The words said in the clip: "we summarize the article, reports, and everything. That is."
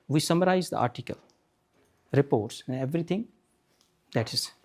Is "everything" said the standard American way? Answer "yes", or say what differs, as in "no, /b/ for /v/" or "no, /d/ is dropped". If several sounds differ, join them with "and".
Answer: no, /t/ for /θ/